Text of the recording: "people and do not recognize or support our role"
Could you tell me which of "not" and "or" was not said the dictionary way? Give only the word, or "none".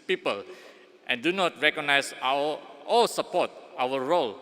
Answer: or